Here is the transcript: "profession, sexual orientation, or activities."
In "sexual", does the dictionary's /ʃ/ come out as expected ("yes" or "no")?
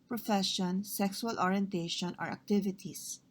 no